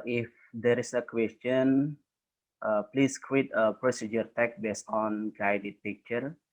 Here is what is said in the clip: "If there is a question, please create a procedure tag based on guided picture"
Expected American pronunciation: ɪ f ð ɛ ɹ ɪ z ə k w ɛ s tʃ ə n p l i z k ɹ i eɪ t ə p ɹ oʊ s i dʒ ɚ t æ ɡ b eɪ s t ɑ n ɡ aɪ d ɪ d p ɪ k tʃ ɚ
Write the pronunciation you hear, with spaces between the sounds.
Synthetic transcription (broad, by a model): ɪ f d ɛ ɹ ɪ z ə k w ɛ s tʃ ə n p l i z k w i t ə p ɹ oʊ s i dʒ ɚ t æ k b eɪ s t ɑ n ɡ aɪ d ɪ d p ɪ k tʃ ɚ